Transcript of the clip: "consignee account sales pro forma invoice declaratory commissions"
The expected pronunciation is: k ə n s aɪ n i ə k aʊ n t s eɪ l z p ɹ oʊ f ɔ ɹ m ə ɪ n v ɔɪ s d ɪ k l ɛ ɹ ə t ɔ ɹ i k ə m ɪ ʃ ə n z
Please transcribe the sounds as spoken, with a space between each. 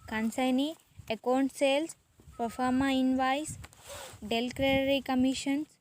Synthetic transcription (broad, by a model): k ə n s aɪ n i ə k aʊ n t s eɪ l s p oʊ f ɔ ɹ m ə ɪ n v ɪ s d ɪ l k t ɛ ɹ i k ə m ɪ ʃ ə n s